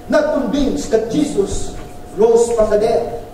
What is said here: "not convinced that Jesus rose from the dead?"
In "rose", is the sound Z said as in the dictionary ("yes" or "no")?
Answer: no